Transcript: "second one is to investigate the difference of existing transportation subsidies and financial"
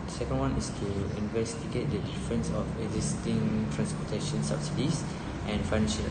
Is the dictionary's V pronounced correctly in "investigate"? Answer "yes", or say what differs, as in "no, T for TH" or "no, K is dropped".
yes